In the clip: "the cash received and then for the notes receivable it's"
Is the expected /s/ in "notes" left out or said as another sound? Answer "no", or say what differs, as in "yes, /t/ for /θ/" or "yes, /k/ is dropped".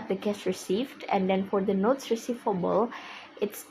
no